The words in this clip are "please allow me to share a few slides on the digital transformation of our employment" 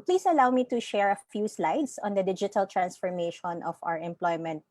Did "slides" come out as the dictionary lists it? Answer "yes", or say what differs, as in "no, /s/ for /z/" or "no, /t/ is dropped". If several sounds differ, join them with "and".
no, /s/ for /z/